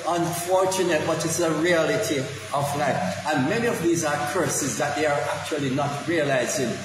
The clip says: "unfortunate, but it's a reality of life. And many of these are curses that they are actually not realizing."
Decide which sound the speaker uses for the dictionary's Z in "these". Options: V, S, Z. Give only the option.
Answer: Z